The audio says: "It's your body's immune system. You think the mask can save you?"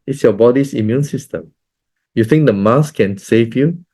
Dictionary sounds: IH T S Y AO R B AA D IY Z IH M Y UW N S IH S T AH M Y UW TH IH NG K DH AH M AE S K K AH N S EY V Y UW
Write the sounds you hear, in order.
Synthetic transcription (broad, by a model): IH T S Y AO B AA D IY S IH M Y UW N S IH S T AH M Y UW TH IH NG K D AH M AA S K K AH N S EY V Y UW